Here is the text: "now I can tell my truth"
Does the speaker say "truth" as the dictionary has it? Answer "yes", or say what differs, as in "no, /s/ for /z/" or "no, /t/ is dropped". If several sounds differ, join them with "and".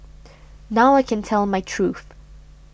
yes